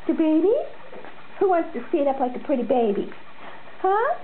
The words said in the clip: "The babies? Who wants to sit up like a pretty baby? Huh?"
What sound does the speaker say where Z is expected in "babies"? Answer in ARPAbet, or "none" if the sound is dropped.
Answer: none